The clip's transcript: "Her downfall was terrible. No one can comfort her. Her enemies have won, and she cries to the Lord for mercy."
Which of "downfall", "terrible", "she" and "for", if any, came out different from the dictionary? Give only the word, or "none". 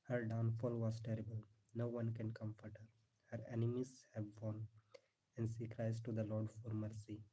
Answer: she